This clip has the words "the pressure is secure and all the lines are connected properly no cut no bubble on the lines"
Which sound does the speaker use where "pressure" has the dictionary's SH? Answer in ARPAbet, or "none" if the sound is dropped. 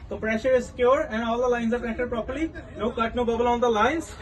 SH